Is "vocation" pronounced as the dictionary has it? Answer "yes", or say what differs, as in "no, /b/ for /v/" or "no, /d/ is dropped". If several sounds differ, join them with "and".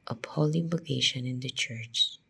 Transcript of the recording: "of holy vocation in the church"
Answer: no, /b/ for /v/